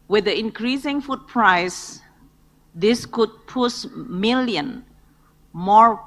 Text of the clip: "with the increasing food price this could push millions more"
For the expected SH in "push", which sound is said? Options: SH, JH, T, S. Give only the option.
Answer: S